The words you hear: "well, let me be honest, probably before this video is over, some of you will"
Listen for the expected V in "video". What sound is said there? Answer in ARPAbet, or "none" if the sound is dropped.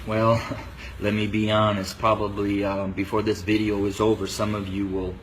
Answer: V